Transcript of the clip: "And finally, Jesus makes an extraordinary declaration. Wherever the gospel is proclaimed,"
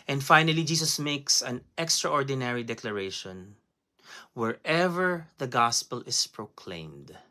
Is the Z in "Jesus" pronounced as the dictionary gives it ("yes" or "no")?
no